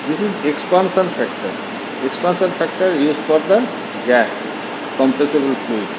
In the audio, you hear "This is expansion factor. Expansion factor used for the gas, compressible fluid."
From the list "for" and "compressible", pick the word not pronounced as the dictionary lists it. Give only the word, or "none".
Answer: compressible